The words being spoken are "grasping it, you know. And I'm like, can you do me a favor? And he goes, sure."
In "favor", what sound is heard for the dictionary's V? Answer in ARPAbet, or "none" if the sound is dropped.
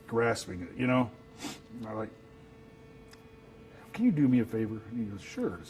V